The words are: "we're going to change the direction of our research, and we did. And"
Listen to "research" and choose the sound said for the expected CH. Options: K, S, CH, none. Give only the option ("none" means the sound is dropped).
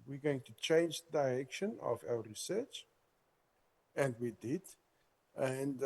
CH